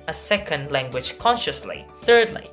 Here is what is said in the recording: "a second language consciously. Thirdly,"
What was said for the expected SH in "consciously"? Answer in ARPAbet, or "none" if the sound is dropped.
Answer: SH